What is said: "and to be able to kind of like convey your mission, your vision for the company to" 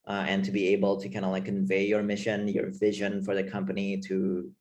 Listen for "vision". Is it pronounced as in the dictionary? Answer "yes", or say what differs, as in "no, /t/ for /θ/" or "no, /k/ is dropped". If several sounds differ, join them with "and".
yes